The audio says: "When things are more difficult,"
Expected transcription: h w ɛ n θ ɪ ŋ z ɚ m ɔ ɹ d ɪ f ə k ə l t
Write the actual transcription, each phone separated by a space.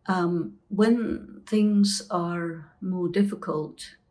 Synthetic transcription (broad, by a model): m w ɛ n θ ɪ ŋ z ɚ m ɔ ɹ d ɪ f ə k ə l t